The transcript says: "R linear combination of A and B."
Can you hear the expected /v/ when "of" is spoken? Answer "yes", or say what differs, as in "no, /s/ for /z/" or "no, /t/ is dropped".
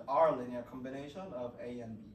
yes